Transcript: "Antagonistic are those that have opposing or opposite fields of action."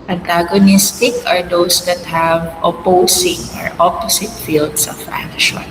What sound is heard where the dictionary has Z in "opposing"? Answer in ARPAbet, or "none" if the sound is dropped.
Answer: S